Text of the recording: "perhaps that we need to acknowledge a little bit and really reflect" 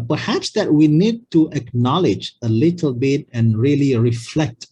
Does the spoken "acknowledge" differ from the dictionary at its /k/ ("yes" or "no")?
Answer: no